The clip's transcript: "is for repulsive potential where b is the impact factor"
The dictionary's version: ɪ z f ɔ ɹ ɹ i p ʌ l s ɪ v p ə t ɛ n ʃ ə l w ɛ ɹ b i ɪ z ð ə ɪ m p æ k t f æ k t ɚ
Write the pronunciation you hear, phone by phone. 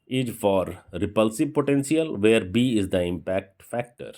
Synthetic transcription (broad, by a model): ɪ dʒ f ɔ ɹ ɹ i p ʌ l s ɪ v p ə t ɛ n s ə l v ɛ ɹ b i ɪ z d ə ɪ m p æ k t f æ k t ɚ